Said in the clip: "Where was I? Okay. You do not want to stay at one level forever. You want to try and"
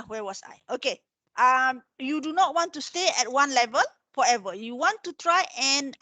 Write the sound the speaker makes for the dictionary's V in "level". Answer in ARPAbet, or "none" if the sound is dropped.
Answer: V